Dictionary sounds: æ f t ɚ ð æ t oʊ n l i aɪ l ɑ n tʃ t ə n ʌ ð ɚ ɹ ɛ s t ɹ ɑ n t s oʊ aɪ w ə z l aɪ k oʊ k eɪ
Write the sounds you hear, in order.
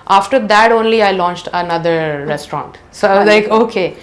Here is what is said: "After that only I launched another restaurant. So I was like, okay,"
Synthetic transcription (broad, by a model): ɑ f t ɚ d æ t oʊ n l i aɪ l ɑ n tʃ t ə n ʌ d ɚ ɹ ɛ s t ɹ ɑ n t s oʊ aɪ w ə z l aɪ k oʊ k eɪ